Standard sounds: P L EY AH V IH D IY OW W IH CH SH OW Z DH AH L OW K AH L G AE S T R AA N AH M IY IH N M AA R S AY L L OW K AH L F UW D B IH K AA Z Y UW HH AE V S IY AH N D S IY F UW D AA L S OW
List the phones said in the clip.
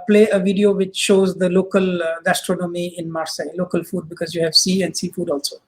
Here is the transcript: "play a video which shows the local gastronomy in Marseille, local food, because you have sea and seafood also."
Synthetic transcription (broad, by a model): P L EY AH V IH D IY OW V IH CH SH OW Z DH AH L OW K AH L G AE S T R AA N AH M IY IH N M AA R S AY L L OW K AH L F UW D B IH K AA Z Y UW HH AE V S IY AH N D S IY F UW D AA L S OW